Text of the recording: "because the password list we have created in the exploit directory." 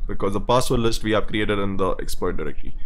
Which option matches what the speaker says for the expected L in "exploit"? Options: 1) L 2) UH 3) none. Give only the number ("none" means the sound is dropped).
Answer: 3